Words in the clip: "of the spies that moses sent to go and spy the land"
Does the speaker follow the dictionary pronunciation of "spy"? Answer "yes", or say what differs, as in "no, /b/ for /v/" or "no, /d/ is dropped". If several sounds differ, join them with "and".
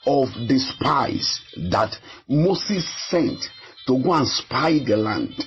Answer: yes